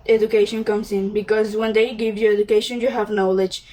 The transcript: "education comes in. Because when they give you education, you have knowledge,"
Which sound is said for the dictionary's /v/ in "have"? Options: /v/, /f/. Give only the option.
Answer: /v/